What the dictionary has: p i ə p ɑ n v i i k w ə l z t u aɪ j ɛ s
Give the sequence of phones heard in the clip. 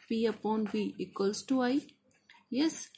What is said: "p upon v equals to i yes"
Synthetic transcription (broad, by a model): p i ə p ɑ n b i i k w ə l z t u aɪ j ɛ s